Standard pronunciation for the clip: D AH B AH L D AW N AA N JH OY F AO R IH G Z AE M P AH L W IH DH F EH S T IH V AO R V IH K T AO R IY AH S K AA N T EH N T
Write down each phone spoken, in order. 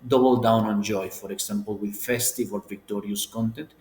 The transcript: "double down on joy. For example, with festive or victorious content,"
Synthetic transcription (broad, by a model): D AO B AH L D AW N AA N JH OY F AO R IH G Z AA M P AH L W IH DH F EH S T IH V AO L V IH K T AO R IY AH S K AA N T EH N T